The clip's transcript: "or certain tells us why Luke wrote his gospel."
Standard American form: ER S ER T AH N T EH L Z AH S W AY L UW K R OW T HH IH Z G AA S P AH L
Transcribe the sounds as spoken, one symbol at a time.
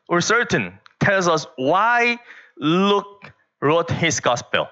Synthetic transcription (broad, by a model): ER S ER T AH N T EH L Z AH S W AY L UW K R OW T HH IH S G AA S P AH L